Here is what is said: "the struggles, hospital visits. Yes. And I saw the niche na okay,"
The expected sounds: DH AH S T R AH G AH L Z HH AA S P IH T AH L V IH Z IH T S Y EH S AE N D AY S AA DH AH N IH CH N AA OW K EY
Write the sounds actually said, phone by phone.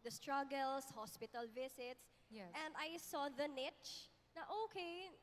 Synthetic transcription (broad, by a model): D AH S T R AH G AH L S HH AA S P IH T AH L V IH S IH T S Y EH N D AY S AA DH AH N IH CH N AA OW K EY